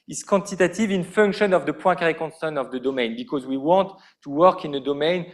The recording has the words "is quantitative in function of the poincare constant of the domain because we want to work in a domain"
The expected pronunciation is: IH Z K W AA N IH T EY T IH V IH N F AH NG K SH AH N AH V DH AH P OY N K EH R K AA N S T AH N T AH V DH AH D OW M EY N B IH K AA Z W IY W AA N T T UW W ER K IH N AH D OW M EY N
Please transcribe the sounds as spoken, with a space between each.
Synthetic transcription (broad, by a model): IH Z K AA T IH T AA T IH V IH N F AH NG K SH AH N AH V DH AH P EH K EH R K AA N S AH N AH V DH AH D OW M EY N B IH K AA Z W IY W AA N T T UW W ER K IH N AH D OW M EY N